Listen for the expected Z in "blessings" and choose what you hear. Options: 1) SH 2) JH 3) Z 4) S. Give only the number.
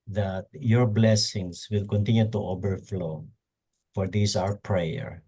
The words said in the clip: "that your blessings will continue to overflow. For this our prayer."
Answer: 4